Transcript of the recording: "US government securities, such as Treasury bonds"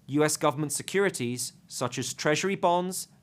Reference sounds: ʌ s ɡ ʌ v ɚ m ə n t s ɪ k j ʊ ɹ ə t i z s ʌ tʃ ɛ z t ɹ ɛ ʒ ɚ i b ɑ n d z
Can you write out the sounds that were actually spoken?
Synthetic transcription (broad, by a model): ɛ s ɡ ʌ v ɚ m ə n t s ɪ k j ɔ ɹ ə t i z s ʌ tʃ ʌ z t ɹ ɛ ʒ ɚ i b ɑ n d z